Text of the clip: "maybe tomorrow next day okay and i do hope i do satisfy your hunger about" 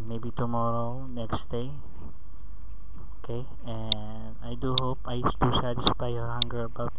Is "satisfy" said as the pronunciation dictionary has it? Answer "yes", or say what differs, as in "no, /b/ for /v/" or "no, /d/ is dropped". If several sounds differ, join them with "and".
no, /p/ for /f/